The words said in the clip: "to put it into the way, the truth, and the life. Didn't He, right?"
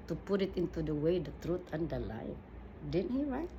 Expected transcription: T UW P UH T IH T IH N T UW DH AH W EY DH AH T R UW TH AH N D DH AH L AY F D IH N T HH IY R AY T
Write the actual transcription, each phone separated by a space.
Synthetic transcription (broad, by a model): T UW P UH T IH T IH N T UW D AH W EY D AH T R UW T AH N D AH L AY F D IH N HH IY R AY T